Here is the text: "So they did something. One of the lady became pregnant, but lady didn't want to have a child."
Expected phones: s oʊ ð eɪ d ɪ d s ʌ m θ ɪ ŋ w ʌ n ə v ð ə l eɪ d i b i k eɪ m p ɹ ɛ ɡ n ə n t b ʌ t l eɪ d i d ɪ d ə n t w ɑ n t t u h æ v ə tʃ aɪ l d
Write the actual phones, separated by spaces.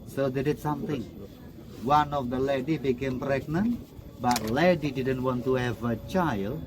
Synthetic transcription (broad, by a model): s oʊ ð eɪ d ɪ d s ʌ m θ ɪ ŋ w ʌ n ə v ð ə l eɪ d i b i k eɪ m p ɹ ɛ ɡ n ə n t b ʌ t l eɪ d i d ɪ d ə n t w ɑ n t t u h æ v ə tʃ aɪ l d